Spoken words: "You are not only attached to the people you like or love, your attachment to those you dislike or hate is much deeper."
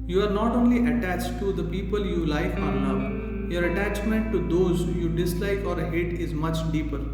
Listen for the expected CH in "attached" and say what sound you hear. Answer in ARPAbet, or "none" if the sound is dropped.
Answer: CH